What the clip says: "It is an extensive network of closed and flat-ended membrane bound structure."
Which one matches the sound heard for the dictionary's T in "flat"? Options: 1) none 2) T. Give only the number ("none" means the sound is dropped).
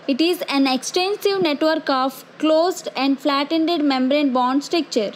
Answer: 2